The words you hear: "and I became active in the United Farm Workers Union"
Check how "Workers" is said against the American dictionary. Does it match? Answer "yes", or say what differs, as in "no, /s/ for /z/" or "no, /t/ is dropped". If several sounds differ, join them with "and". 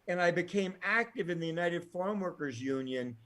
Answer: yes